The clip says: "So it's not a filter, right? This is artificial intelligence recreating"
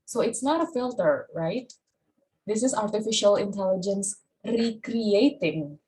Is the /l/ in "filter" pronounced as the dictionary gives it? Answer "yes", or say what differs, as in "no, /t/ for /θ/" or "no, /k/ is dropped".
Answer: yes